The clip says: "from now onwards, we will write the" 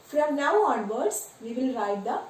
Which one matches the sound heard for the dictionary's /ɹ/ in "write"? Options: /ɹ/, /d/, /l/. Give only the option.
/ɹ/